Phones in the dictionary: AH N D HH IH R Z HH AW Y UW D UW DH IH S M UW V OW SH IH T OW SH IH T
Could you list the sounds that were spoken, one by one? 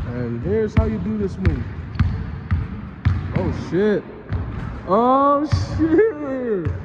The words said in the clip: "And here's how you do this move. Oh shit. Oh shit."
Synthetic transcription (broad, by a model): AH N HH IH R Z HH AW Y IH D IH DH IH S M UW OW SH IH T OW SH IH